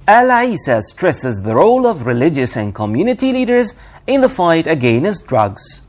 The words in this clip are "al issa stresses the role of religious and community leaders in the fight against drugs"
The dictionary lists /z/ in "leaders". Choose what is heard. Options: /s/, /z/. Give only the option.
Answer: /z/